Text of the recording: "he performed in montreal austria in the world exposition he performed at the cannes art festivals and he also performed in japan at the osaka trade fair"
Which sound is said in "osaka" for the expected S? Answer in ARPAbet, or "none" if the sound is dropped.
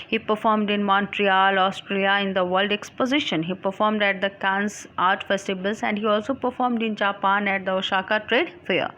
SH